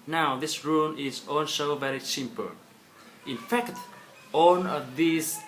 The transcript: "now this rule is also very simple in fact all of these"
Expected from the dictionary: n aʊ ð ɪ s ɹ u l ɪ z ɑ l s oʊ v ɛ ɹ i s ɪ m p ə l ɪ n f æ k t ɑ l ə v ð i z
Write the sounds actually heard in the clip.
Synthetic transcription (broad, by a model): n aʊ ð ɪ s ɹ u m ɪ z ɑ n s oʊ v ɛ ɹ i s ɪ m p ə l ɪ n f æ k t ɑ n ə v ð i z